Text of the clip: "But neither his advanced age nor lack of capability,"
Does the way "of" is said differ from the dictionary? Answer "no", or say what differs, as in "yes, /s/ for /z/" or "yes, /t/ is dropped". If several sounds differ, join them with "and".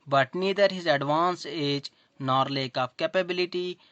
yes, /p/ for /v/